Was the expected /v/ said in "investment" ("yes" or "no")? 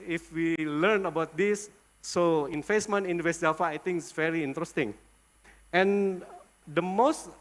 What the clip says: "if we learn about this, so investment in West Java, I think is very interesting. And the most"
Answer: no